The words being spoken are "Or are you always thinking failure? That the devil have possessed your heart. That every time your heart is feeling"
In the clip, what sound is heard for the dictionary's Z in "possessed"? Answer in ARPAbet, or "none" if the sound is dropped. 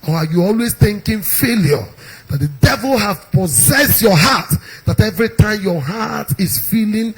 Z